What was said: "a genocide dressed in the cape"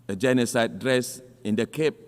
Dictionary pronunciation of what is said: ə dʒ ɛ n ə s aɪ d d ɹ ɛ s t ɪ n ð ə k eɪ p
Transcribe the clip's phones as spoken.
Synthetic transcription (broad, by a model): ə dʒ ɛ n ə s aɪ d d ɹ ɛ s ɪ n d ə k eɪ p